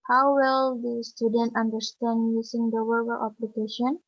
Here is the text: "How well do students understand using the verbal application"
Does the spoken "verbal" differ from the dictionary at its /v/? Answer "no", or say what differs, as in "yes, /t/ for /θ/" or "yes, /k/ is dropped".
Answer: yes, /w/ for /v/